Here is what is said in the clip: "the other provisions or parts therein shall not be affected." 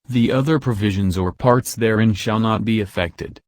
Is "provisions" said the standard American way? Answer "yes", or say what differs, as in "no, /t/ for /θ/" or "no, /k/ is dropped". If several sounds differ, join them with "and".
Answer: yes